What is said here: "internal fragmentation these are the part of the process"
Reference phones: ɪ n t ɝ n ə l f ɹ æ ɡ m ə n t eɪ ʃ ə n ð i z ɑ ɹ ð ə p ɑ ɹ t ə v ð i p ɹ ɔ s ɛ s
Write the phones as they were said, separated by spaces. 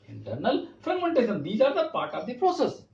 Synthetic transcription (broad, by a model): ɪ n t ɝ n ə l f ʌ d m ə n t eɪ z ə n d i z ɑ ɹ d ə p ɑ ɹ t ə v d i p ɹ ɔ s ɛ s